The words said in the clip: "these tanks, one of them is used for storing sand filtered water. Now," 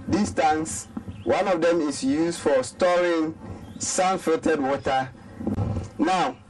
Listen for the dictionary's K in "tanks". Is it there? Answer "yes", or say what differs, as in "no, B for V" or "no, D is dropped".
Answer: no, K is dropped